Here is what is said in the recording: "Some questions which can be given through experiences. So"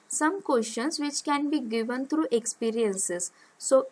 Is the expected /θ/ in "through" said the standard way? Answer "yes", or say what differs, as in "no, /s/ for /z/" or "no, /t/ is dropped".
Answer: no, /t/ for /θ/